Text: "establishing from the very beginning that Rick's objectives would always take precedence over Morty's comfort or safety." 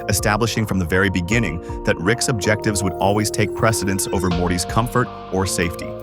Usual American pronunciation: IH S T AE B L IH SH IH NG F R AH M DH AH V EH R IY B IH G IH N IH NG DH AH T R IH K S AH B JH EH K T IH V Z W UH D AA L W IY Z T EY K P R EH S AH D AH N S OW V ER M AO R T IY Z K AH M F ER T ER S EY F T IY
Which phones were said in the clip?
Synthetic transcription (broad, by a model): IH S T AE B L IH SH IH NG F R AH M DH AH V EH R IY B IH G IH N IH NG DH AH T R IH K S AH B JH EH K T IH V Z W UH D AA L W IY Z T EY K P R EH S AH D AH N S OW V ER M AO R T IY Z K AH M F ER T ER S EY F T IY